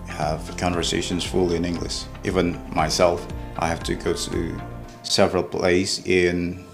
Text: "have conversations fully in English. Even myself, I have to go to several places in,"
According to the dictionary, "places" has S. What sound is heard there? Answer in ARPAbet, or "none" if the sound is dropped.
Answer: none